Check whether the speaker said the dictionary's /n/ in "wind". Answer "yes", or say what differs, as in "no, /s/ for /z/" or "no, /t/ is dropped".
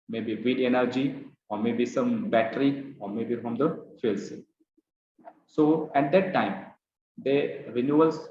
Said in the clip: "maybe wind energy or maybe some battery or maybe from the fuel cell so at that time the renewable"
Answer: no, /n/ is dropped